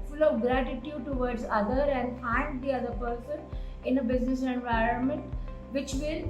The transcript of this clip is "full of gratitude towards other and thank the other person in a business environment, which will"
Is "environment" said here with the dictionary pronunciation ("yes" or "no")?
yes